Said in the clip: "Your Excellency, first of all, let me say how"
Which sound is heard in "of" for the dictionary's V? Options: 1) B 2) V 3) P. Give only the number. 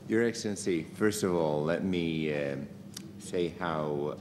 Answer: 2